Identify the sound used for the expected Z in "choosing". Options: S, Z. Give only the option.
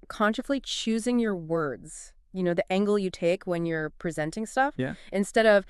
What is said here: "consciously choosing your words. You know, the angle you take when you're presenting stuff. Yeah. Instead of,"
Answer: Z